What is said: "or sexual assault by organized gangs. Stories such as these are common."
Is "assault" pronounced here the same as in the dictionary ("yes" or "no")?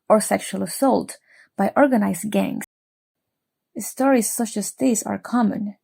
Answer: yes